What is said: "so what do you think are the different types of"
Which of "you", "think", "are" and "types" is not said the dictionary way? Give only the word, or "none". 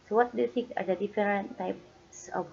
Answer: think